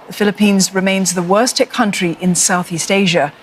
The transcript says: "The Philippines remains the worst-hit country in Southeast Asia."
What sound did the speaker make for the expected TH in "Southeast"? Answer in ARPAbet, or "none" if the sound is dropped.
TH